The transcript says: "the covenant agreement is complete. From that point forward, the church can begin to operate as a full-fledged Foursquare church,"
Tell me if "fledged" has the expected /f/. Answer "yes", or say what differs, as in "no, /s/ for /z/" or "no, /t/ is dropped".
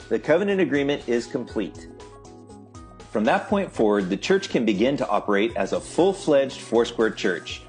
yes